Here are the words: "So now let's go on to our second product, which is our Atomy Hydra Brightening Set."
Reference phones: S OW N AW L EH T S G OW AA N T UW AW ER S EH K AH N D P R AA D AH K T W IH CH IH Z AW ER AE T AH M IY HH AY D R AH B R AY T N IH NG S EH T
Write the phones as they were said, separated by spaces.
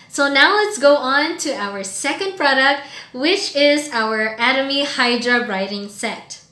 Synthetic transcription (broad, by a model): S OW N AW L EH T S G OW AA N T UW AW ER S EH K AH N D P R AA D AH K T W IH CH IH Z AW ER AE T AH M IY HH AY D R AH R AY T IH NG S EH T